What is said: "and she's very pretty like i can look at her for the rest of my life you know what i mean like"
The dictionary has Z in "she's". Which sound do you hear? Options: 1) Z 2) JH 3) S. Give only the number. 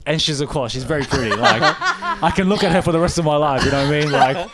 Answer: 1